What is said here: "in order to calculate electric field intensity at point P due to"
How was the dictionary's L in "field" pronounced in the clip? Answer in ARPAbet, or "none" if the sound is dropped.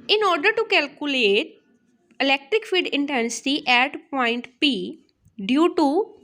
none